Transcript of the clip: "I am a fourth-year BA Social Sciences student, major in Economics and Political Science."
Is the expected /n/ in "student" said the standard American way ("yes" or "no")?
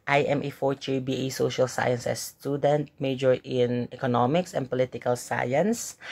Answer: yes